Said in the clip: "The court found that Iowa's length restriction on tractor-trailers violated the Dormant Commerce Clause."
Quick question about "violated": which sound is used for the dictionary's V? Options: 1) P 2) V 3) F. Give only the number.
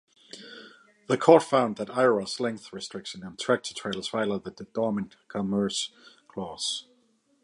3